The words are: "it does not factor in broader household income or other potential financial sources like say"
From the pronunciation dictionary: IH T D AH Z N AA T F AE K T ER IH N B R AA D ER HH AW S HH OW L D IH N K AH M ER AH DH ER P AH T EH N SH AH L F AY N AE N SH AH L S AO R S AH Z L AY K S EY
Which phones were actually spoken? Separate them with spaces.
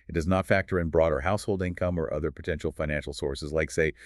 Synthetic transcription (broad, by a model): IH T D AH Z N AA T F AE K T ER IH N B R AA D ER HH AW S HH OW L D IH N K AH M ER AH DH ER P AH T EH N SH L F AY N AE N SH L S AO R S AH Z L AY K S EY